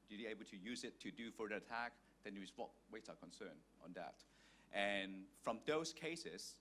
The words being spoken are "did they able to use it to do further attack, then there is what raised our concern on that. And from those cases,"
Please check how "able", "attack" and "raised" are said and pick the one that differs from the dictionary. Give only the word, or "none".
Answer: raised